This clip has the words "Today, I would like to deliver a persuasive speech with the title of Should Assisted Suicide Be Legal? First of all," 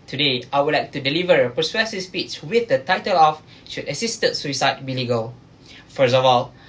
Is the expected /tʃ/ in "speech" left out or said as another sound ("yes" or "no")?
yes